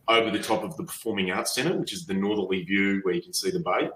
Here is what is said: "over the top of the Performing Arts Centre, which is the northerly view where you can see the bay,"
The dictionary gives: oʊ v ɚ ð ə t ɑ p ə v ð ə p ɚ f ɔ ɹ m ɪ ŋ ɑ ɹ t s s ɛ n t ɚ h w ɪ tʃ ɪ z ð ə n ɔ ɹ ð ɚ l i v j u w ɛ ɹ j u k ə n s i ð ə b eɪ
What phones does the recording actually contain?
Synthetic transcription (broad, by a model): oʊ v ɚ ð ə t ɑ p ə v ð ə p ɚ f ɔ ɹ m ɪ ŋ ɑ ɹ t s s ɛ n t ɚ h w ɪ tʃ ɪ z ð ə n ɔ ɹ ð ɚ l i v j u w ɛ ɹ j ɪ k n s i ð ə b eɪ